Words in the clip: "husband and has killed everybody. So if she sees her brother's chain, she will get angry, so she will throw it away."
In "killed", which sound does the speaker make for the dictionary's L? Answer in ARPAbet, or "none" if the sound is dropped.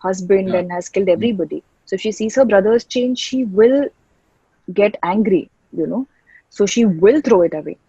L